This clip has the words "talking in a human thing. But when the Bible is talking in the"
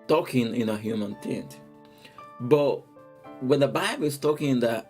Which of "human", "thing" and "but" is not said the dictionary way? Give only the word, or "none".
thing